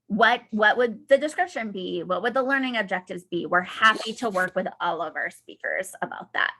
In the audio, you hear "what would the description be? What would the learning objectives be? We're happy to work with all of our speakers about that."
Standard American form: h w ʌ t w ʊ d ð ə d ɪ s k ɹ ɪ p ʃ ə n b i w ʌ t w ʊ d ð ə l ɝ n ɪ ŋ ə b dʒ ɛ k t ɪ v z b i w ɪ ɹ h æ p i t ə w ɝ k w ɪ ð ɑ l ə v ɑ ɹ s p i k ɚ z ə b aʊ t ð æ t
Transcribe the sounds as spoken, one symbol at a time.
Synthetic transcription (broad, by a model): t w ʌ t w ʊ d ð ə d ɪ s k ɹ ɪ p ʃ ə n b i w ʌ t w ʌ d ð ə l ɝ n ɪ ŋ ə b dʒ ɛ k t ɪ v z b i w ɪ ɹ h æ p i t ə w ɝ k w ɪ ð ɑ l ə v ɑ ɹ s p i k ɚ z ə b aʊ t ð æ t